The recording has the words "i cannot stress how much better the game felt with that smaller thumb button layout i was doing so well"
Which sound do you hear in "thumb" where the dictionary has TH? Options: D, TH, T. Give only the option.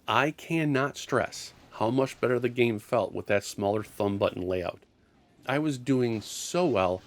TH